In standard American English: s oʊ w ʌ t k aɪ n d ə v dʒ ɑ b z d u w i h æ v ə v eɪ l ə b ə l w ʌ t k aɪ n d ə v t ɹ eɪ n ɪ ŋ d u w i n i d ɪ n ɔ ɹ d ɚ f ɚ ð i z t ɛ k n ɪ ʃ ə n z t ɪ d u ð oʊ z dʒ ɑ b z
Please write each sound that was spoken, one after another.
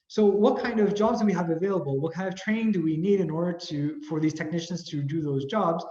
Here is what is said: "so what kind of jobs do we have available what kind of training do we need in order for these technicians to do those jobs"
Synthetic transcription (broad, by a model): s oʊ w ʌ t k aɪ n d ə v dʒ ɑ b z d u w i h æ v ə v eɪ l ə b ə l w ʌ t k aɪ n d ə v t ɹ eɪ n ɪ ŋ d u w i n i d ɪ n ɔ ɹ d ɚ f ɚ ð i z t ɛ k n ɪ ʃ ə n z t ɪ d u ð oʊ z dʒ ɑ b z